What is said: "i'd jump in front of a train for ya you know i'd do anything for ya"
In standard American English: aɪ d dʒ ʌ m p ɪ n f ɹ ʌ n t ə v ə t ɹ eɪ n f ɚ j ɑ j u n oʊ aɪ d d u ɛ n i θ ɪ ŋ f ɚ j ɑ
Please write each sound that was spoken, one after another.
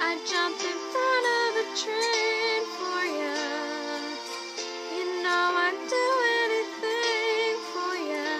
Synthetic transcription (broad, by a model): aɪ dʒ ʌ m p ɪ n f ʌ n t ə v ə t ɹ eɪ n f ɚ j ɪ j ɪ n oʊ aɪ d d u ɛ n i θ ɪ ŋ f ɚ j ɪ